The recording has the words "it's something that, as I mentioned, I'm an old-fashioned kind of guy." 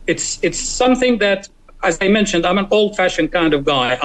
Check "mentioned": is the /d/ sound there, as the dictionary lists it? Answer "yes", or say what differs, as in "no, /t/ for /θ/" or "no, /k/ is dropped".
yes